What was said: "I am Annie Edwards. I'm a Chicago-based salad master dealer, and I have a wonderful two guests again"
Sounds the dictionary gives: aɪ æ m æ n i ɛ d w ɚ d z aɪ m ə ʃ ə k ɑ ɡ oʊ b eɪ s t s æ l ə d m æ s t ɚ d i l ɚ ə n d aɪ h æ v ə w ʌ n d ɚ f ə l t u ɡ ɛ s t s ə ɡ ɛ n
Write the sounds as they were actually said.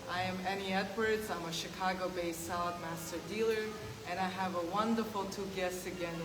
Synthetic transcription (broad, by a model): aɪ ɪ m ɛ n i ɛ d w ɚ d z aɪ m ə ʃ ə k ɑ ɡ oʊ b eɪ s s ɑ ə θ m æ s t ɚ d i l ɚ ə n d aɪ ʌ v ə w ʌ n d ɚ f l t u ɡ ɛ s s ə ɡ ɛ n